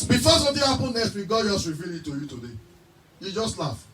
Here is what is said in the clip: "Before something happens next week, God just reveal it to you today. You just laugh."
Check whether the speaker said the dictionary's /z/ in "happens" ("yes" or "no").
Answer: no